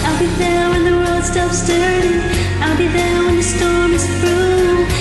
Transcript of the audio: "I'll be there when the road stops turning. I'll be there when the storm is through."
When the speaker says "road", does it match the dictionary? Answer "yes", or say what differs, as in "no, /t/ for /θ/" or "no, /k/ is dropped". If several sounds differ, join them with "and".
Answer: no, /w/ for /ɹ/